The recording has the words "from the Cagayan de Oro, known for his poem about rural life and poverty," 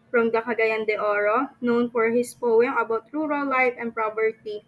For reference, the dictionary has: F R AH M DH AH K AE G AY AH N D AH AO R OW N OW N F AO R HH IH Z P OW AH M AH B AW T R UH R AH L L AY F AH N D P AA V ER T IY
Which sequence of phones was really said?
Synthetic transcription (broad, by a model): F R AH M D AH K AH G AY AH N D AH AO R OW N OW N F AO R HH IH S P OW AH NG AH B AW T R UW R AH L L AY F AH N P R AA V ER T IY